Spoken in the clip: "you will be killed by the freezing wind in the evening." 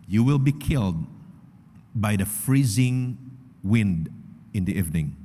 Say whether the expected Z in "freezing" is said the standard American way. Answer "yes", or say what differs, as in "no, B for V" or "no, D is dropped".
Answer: yes